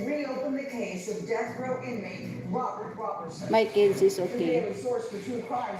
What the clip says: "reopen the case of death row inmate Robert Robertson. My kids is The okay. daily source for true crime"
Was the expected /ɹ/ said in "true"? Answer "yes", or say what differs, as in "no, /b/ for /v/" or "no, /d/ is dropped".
no, /ɹ/ is dropped